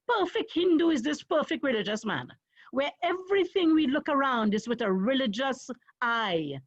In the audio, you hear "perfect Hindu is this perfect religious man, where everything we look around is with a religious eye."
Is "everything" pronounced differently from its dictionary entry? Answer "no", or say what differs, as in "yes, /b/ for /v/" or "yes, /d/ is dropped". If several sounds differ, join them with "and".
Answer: no